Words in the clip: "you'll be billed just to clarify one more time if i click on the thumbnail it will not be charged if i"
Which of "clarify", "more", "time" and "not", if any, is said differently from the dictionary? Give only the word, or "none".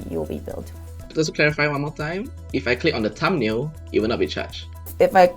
more